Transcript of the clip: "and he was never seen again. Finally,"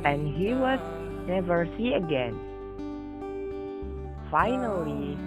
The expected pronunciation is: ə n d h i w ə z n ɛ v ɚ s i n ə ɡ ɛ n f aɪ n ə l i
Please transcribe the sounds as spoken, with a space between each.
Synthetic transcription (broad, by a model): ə n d h i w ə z n ɛ v ɚ s i ə ɡ ɛ n f aɪ n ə l i